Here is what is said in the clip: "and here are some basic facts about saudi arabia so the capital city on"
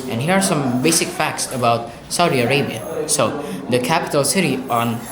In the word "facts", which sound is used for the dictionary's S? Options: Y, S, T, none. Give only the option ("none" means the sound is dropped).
S